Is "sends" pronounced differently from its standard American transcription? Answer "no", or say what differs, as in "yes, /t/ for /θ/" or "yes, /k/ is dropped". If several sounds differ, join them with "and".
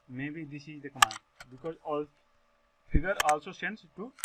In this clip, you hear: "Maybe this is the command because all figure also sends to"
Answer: yes, /s/ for /z/